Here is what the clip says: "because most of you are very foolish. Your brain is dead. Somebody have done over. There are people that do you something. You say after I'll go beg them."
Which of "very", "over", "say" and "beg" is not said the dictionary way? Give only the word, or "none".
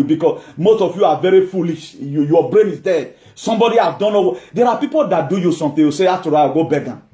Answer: over